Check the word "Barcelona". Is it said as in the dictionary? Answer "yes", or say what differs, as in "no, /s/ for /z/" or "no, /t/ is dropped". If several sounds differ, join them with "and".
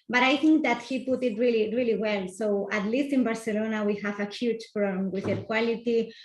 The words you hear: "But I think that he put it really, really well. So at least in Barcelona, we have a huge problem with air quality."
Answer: yes